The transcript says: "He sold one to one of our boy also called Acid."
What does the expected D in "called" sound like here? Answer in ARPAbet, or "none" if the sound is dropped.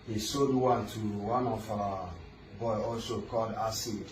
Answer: D